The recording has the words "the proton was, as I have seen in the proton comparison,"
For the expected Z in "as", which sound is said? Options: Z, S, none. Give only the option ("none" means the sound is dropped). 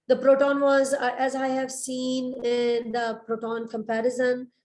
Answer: Z